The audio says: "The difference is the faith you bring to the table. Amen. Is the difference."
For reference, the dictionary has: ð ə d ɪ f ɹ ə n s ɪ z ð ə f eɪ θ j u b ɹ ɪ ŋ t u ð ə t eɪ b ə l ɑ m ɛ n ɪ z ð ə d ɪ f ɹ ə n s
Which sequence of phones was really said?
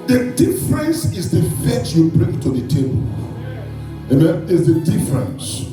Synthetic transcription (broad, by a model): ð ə d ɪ f ɹ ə n s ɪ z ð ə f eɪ s j u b ɹ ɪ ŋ t u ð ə t eɪ b ə l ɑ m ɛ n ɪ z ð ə d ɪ f ɹ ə n s